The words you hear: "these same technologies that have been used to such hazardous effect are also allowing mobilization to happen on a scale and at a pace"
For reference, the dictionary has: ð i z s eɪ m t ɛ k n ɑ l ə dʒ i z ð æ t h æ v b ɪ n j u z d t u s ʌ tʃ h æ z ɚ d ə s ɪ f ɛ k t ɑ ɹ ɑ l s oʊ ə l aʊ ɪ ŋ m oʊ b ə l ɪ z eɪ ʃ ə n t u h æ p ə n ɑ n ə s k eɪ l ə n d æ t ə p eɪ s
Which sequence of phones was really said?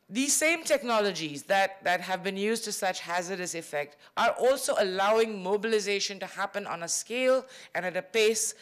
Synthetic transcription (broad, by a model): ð i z s eɪ m t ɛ k n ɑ l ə dʒ i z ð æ t h æ v b ɪ n j u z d t u s ʌ tʃ h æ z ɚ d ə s ɪ f ɛ k t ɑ ɹ ɑ l s oʊ ə l aʊ ɪ ŋ m oʊ b ə l ɪ z eɪ ʃ ə n t u h æ p ə n ɑ n ə s k eɪ l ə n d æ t ə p eɪ s